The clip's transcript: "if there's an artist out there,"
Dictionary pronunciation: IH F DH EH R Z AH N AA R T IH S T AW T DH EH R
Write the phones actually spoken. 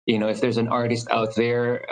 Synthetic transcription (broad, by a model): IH F DH EH R Z AH N AA R T IH S T AW T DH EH R